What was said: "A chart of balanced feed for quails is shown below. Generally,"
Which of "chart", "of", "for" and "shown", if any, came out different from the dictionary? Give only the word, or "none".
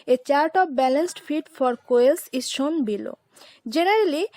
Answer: of